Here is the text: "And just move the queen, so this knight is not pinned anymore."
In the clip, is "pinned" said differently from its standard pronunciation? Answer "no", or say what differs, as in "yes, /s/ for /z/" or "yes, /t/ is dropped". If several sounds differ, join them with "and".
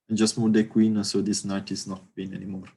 yes, /b/ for /p/ and /d/ is dropped